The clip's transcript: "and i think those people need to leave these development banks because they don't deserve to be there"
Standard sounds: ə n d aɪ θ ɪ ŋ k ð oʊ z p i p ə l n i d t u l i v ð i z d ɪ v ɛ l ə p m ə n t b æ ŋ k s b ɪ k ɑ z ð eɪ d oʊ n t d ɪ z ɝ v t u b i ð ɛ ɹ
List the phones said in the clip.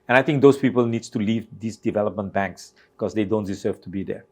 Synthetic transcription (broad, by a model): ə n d aɪ t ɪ ŋ k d oʊ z p i p ə l n i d t u l i v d i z d ɪ v ɛ l ə p m ə n t b æ ŋ k s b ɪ k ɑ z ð eɪ d oʊ n t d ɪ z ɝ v t u b i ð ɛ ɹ